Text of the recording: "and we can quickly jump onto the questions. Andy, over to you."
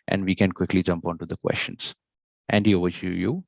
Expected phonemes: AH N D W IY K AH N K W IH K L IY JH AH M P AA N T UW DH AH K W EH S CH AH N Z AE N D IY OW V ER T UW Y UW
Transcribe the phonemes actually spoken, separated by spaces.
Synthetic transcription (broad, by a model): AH N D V IY K AH N K W IH K L IY JH AH M P AA N T UW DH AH K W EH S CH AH N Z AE N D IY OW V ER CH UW Y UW